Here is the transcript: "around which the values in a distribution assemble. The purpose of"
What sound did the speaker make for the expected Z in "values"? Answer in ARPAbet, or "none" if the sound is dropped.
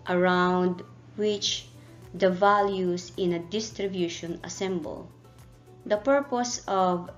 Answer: S